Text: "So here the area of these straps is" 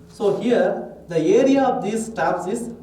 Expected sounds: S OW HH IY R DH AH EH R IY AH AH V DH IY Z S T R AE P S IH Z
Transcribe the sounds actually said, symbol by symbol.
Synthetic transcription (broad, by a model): S OW HH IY R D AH EH R IY AH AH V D IY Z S T AE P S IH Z